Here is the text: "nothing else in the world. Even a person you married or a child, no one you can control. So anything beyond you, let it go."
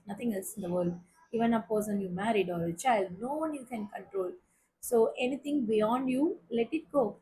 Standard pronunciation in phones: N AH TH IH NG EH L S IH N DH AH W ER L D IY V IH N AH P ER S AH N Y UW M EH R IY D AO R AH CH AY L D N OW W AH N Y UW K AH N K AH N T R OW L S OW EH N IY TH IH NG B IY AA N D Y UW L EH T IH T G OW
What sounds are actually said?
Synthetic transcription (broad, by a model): N AH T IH NG EH L S IH N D AH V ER L D IY V IH N AH P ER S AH N Y UW M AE R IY D AO R AH CH AY L D N OW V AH N Y UW K AH N K AH N T R OW L S OW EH N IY T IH NG B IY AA N D Y UW L EH T IH T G OW